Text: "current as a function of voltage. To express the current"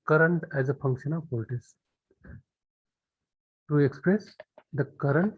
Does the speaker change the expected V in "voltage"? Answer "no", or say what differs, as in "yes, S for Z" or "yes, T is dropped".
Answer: yes, P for V